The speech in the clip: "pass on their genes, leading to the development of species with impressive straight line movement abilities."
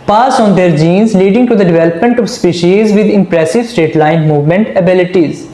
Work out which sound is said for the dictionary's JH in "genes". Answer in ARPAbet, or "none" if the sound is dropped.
JH